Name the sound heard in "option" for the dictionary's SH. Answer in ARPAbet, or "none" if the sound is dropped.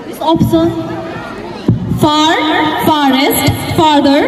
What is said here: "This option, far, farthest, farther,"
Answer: S